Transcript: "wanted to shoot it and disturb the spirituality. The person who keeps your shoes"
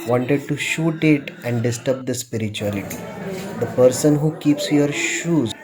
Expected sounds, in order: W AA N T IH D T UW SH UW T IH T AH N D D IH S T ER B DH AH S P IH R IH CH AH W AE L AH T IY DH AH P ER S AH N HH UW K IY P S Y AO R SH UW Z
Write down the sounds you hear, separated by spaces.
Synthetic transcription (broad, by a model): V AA N T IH D T UW SH UW T IH T AH N D D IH S T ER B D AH S P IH R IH CH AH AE L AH T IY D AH P ER S AH N HH UW K IY P S Y AO R SH UW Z